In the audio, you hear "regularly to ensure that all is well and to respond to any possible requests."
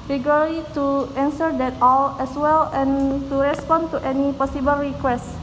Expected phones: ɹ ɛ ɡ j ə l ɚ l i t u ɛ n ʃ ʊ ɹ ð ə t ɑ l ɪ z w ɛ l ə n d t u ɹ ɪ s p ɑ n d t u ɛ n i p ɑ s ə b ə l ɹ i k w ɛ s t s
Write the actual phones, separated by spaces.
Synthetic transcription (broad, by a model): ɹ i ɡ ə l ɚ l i t u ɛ n s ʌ ɹ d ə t ɑ l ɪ s w ɛ l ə n t u ɹ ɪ s p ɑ n t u ɛ n i p ɑ s ə b ə l ɹ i k w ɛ s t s